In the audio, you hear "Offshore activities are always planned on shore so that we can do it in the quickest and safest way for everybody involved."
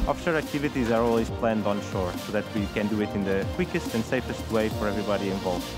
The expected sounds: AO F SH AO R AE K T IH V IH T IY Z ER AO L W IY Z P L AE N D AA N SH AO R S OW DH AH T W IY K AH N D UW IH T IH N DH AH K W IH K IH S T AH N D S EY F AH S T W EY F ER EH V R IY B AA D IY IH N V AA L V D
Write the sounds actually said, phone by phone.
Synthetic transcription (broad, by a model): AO F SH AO R AE K T IH V IH T IY Z ER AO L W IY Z P L AE N D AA N SH AO R S OW DH AH T W IY K AH N D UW IH T IH N DH AH K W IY K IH S T AH N D S EY F AH S T W EY F ER EH V R IY B AA D IY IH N V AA L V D